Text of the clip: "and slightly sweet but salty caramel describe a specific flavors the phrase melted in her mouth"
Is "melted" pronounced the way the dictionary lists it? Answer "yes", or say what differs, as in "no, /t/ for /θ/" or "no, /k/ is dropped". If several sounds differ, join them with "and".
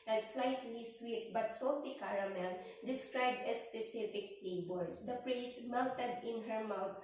no, /w/ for /l/